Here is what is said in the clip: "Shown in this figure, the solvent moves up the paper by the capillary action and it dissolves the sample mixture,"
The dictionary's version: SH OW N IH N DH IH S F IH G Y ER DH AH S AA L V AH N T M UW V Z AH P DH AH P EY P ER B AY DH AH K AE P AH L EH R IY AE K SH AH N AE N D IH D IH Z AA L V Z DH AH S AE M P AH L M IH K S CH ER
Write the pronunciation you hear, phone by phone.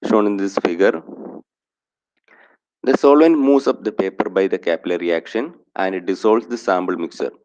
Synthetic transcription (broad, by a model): SH OW N IH N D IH S F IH G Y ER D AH S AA L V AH N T M UW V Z AH P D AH P EY P ER B AY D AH K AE P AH L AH R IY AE K SH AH N AE N D D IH S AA L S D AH S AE M B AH L M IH K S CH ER